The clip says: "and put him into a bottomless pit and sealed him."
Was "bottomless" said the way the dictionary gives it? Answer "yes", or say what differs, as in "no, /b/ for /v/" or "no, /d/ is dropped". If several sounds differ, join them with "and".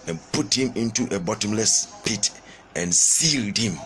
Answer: yes